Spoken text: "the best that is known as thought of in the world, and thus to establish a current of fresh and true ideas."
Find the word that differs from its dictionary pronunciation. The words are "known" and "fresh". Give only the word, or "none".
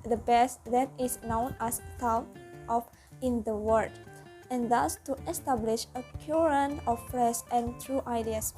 fresh